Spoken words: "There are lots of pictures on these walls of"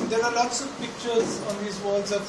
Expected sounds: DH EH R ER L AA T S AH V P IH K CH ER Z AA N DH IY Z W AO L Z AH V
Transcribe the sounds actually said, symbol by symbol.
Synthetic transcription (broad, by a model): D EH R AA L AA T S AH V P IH K CH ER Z AA N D IY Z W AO Z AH